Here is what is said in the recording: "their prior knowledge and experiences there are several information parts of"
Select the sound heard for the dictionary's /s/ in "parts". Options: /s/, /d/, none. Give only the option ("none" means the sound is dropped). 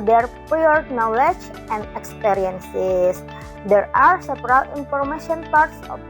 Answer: /s/